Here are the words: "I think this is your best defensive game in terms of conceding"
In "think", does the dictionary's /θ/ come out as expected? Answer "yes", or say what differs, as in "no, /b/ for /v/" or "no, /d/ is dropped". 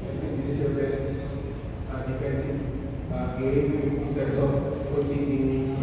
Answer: no, /t/ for /θ/